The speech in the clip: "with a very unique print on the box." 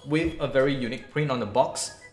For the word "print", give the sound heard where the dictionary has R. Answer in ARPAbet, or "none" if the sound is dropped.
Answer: R